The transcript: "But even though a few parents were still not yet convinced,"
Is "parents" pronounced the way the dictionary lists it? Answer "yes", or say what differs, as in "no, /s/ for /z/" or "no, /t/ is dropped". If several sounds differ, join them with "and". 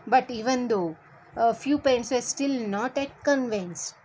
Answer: no, /ɹ/ is dropped